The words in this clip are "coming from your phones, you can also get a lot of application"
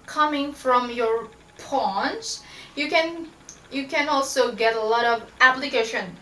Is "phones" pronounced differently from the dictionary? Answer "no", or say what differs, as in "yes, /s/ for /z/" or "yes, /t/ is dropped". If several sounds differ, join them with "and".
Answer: yes, /p/ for /f/